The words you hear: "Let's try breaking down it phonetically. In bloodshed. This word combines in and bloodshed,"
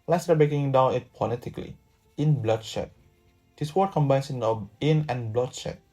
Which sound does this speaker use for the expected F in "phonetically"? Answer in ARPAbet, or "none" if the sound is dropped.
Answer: P